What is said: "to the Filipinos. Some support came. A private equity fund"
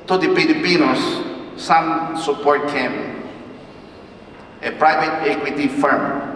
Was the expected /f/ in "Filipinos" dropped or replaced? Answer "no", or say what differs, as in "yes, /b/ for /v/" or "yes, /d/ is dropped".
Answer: yes, /p/ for /f/